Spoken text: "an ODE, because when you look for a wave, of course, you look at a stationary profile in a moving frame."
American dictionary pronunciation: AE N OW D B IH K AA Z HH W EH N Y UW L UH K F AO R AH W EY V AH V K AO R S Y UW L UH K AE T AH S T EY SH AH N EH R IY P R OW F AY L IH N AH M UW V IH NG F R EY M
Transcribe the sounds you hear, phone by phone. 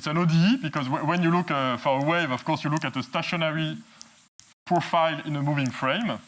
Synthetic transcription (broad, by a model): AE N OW D B IH K AA Z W W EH N Y UW L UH K F AO R AH W EY V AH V K AO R S Y UW L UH K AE T AH S T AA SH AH N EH R IY P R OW F AY L IH N AH M UW V IH NG F R EY M